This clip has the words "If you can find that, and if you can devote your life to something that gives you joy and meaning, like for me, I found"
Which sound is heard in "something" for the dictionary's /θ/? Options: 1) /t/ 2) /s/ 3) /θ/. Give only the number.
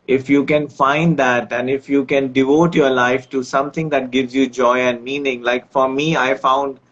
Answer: 1